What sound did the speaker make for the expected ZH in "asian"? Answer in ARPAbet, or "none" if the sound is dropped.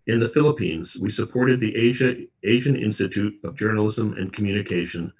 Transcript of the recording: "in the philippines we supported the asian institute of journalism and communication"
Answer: ZH